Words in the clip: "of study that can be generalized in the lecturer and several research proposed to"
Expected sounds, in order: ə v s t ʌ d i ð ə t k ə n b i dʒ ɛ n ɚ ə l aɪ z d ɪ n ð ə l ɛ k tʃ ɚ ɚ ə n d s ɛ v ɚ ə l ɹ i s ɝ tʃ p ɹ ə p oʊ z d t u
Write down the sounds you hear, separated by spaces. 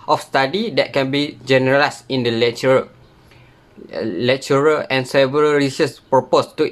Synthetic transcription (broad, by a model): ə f s t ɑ d i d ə t k ə n b i dʒ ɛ n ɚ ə l aɪ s ɪ n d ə l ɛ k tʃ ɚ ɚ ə n s ɛ v ɚ ə l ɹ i s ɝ s p ɹ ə p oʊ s t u